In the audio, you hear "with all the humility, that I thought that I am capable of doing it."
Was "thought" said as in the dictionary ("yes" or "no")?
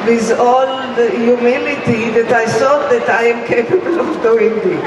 no